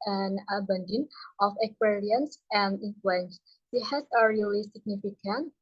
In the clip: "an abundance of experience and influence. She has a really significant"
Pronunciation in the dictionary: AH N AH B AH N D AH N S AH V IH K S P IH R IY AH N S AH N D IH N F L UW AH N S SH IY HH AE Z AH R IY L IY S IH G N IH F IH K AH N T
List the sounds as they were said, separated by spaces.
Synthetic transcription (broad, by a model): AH N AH B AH N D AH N AH F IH K S P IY R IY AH N S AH N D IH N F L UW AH N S S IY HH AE S AH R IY L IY S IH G N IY F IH K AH N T